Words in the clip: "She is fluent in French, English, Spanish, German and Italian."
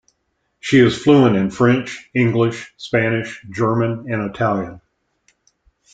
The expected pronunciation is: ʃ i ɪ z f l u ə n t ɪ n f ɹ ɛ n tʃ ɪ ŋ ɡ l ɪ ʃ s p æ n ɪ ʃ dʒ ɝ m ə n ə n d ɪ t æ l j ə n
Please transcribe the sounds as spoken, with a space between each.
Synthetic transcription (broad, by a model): ʃ i ɪ z f l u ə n ɪ n f ɹ ɛ n tʃ ɪ ŋ ɡ l ɪ ʃ s p æ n ɪ ʃ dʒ ɝ m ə n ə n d ɪ t æ l j ə n